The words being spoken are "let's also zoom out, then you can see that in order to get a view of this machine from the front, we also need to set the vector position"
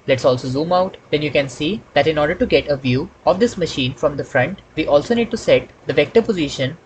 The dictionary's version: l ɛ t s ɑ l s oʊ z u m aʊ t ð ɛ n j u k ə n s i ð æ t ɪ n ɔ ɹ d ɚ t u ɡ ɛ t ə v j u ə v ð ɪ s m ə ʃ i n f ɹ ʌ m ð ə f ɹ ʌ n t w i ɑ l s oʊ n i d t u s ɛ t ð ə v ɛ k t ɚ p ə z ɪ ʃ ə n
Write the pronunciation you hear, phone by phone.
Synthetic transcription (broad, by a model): l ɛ t s ɑ l s oʊ z u m aʊ t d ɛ n j u k ə n s i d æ t ɪ n ɔ ɹ d ɚ t u ɡ ɛ t ə v j u ə v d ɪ s m ə ʃ i n f ɹ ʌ m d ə f ɹ ʌ n t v i ɑ l s oʊ n i d t u s ɛ t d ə v ɛ k t ɚ p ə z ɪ ʃ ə n